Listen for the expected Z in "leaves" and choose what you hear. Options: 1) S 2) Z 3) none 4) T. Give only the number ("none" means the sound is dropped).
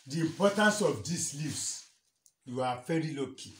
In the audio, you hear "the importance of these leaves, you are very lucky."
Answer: 1